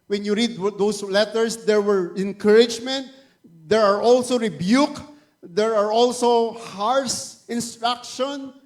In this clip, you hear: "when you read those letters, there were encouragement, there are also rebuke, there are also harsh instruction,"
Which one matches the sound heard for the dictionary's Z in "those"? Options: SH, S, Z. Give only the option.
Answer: S